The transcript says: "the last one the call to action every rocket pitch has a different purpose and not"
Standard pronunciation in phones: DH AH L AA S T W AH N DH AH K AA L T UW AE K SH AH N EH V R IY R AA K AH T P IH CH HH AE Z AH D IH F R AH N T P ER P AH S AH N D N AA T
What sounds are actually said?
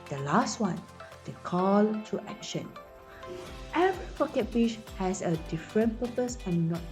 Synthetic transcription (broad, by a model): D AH L AA S T W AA N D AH K AA L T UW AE K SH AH N EH V R IY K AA K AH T B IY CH HH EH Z AH D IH F R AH N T P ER P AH S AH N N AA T